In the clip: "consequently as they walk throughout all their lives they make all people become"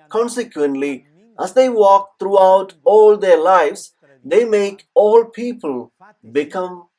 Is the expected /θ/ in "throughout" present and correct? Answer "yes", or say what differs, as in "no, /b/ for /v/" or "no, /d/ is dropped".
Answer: no, /t/ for /θ/